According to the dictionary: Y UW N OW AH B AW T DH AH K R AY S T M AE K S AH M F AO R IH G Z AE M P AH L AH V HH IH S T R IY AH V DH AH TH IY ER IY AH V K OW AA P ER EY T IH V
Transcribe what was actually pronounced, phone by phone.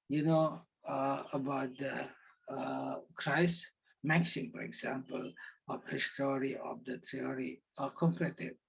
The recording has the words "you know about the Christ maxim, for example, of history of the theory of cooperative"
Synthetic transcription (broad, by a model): Y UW N OW AH B AW T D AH K R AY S M AE K S AH M F AO R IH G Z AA M P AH L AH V HH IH S T R IY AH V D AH T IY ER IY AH K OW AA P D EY T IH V